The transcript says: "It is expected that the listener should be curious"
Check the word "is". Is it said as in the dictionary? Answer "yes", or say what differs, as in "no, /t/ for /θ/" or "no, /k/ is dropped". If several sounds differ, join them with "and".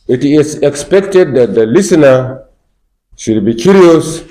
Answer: no, /s/ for /z/